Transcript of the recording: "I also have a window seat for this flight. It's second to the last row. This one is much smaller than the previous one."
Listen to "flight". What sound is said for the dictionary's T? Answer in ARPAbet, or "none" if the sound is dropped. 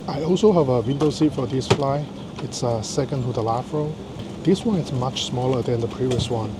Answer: none